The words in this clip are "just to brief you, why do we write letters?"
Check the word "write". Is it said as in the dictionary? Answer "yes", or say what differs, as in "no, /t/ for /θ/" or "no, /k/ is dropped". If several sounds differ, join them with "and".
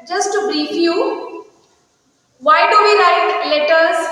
no, /l/ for /ɹ/